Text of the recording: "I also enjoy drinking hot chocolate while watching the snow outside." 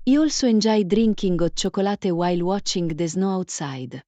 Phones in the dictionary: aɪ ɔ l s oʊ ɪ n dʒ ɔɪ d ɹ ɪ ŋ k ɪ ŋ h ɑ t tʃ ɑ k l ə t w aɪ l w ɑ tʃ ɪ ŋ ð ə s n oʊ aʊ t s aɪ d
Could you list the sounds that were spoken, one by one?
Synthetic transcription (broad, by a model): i ɔ l s oʊ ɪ n dʒ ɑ d ɹ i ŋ k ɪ ŋ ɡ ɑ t tʃ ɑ k l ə t w aɪ l w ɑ tʃ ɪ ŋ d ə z n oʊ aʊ t s aɪ d